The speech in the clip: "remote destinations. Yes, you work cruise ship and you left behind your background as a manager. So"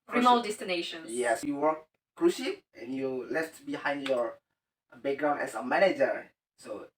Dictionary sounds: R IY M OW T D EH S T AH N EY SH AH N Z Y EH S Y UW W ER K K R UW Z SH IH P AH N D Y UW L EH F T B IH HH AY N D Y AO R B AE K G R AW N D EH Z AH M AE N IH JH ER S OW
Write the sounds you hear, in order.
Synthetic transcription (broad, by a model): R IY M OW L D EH S T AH N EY SH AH N Y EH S Y UW W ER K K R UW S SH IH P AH N Y UW L EH F T B IH HH AY N D Y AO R B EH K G R AW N EH S AH M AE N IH JH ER S OW